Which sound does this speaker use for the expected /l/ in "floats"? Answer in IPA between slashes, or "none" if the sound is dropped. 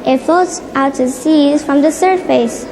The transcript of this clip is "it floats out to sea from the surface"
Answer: none